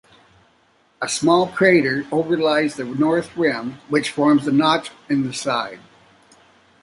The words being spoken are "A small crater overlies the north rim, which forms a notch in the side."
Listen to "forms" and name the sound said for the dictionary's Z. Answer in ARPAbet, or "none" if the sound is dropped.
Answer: Z